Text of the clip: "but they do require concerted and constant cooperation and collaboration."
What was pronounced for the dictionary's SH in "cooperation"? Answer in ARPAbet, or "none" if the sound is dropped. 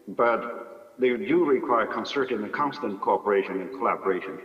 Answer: SH